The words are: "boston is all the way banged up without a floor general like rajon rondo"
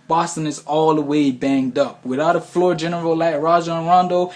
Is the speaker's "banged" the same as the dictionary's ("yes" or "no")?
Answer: yes